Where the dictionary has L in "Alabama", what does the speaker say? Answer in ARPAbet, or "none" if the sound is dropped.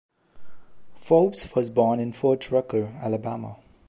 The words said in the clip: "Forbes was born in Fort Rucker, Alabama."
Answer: L